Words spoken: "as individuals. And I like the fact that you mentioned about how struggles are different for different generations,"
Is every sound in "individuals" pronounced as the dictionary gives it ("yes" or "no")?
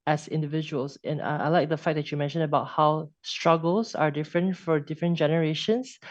no